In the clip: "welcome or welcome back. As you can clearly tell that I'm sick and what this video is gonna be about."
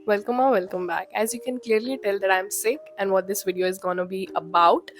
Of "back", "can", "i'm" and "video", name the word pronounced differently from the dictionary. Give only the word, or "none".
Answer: none